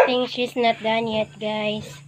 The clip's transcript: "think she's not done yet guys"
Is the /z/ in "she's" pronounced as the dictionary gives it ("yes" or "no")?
no